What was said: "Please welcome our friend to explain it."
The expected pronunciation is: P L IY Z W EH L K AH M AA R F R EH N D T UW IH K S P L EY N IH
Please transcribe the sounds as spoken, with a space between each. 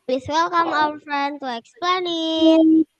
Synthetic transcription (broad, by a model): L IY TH W EH L K AH M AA L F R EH N T UW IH K S P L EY N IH